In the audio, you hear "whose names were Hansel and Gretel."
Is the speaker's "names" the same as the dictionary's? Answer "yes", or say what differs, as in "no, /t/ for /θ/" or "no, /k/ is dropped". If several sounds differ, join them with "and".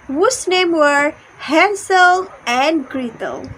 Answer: no, /z/ is dropped